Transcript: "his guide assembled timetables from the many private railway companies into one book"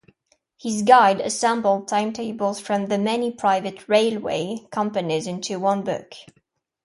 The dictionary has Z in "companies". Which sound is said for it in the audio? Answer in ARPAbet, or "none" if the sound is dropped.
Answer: Z